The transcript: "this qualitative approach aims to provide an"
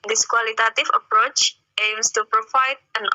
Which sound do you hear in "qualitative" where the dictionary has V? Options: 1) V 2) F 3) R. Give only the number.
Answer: 2